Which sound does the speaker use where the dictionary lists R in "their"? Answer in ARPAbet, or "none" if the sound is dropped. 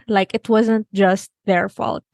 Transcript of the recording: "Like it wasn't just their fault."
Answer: R